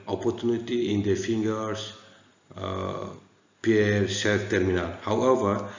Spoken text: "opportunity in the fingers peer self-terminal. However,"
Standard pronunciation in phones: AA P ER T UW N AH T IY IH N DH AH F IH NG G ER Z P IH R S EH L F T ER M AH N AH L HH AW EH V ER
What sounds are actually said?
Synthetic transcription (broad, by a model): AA P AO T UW N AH T IY IH N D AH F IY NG G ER S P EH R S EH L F T ER M AH N AH L HH AW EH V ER